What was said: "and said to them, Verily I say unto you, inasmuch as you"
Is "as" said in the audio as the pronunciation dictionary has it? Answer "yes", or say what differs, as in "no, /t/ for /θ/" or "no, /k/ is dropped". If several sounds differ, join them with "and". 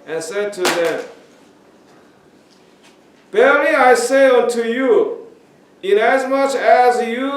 yes